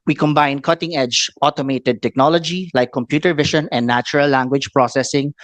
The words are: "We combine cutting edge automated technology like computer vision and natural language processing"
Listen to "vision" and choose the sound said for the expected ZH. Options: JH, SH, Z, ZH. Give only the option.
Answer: SH